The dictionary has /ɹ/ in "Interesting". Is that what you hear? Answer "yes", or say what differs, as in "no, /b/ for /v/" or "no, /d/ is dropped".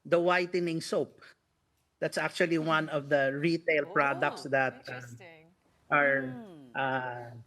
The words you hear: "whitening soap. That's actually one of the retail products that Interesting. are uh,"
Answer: no, /ɹ/ is dropped